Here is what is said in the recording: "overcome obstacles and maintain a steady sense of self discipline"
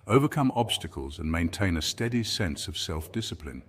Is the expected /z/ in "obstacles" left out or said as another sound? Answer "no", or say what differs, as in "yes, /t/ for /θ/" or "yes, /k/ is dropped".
no